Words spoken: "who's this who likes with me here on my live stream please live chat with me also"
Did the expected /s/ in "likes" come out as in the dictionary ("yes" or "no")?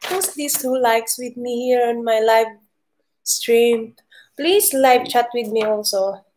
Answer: yes